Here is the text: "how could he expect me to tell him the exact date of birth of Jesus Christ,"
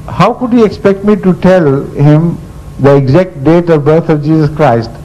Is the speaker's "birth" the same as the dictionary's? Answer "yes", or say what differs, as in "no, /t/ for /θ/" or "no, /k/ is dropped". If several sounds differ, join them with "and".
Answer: no, /t/ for /θ/